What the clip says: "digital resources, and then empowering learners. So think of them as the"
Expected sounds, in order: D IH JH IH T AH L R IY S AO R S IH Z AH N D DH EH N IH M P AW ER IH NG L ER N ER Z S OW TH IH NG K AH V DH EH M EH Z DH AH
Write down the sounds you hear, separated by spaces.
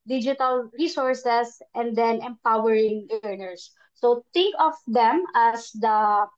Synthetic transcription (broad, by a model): D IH JH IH T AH L R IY S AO R S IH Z AH N D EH N IH M P AW ER IH NG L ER N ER S OW T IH NG K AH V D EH M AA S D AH